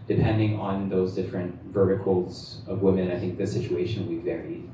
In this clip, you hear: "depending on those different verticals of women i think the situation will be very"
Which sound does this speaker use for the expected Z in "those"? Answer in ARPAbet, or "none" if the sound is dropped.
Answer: Z